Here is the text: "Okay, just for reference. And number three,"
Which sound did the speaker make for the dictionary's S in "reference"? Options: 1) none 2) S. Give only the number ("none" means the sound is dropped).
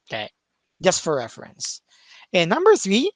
2